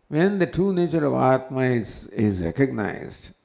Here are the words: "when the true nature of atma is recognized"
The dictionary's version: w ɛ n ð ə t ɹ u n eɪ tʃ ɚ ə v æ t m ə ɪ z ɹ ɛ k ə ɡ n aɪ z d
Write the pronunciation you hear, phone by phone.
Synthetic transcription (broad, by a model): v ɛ n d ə t ɹ u n eɪ tʃ ɚ ə v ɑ t m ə ɪ z ɹ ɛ k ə ɡ n aɪ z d